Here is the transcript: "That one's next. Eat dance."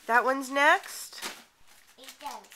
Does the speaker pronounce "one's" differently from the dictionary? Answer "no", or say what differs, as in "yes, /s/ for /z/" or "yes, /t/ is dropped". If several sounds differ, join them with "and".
no